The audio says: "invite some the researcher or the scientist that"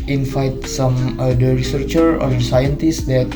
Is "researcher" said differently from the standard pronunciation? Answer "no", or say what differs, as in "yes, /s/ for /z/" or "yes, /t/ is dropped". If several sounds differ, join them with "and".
no